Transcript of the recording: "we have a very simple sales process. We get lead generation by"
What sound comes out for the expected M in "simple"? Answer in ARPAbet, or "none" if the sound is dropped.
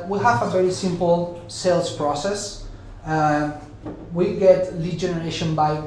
M